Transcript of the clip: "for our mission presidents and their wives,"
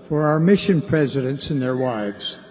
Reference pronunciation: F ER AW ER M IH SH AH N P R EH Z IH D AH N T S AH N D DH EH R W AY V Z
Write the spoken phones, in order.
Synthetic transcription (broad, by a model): F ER AW ER M IH SH AH N P R EH Z IH D AH N T S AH N DH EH R W AY V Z